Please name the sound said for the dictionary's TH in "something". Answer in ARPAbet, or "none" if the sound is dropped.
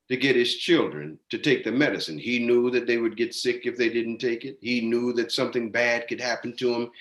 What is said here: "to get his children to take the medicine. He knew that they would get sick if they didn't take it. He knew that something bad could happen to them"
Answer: TH